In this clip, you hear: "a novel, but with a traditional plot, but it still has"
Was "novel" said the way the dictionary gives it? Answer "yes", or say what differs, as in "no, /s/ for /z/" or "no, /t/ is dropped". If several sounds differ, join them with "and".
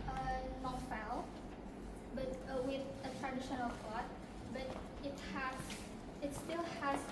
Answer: no, /f/ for /v/